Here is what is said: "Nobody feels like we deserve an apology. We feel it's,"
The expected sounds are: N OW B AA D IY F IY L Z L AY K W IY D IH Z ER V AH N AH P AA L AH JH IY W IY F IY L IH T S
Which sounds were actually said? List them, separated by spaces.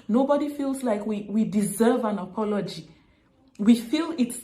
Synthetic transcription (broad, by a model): N OW B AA D IY F IY L Z L AY K W IY D IH Z ER V AH N AH P AA L AH JH IY W IY F IY L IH T S